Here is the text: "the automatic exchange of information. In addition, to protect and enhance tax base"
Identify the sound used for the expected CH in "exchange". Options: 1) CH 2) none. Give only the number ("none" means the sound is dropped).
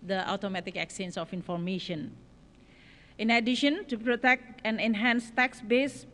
2